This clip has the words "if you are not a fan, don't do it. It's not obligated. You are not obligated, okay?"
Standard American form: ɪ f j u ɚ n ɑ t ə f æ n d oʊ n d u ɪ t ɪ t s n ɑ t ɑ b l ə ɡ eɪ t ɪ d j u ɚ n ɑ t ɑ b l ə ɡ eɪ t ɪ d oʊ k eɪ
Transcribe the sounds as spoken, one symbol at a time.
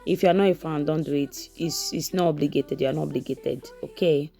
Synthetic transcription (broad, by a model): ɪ f j u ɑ n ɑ ə f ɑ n d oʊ n d u ɪ t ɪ s s n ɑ ɑ b l ə ɡ eɪ t ɪ d j u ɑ n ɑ ɑ b l ə ɡ eɪ t ɪ d oʊ k eɪ